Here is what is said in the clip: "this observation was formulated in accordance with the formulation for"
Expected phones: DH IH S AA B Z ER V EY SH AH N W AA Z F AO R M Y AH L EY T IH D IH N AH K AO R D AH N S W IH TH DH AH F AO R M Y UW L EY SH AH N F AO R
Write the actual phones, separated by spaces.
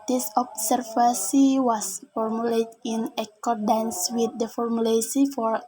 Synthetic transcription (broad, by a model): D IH S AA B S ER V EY S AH W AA S F AO R M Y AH L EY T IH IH N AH K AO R D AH N S W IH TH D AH F AO R M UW L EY S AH F AO R